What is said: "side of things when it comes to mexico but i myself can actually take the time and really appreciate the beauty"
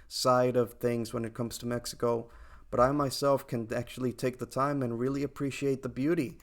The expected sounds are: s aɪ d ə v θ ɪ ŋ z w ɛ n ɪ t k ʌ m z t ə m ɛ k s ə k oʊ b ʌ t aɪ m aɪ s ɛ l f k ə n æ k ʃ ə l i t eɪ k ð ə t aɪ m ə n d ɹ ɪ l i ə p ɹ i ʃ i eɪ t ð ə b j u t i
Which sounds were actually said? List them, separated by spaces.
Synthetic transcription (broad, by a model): s aɪ d ə v θ ɪ ŋ z w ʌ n ɪ t k ʌ m z t ə m ɛ k s ə k oʊ b ʌ t aɪ m aɪ s ɛ l f k ə n æ k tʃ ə l i t eɪ k ð ə t aɪ m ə n ɹ ɪ l i ə p ɹ i ʃ i eɪ t ð ə b j u t i